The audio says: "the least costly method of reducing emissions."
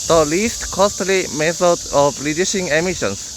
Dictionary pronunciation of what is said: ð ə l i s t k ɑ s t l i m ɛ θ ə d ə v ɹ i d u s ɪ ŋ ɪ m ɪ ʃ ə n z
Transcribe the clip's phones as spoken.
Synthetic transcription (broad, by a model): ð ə l i s t k ɑ s t l i m ɛ θ ə d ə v l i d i ʃ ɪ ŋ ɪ m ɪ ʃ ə n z